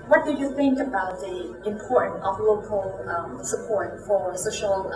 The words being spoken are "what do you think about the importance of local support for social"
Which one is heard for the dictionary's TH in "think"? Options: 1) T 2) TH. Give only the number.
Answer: 2